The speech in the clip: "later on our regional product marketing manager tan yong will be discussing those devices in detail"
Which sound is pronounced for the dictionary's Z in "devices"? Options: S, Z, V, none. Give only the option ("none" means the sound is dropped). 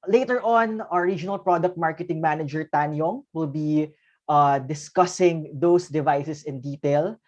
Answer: S